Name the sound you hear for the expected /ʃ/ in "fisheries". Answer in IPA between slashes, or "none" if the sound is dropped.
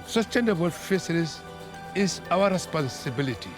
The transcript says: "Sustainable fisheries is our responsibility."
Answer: /s/